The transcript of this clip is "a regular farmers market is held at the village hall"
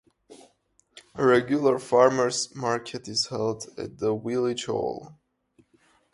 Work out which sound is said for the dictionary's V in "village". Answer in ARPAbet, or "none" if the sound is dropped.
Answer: W